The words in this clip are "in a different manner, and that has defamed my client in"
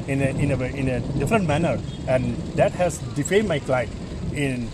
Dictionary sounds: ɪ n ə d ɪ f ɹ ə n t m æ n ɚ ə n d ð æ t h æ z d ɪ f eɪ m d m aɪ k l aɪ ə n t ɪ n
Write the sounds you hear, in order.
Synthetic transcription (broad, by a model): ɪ n ə d ɪ f ɹ ə n t m æ n ɚ ə n d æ t h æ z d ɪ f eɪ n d m aɪ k l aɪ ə t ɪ n